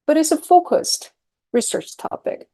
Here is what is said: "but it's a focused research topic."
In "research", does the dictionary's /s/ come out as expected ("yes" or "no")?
yes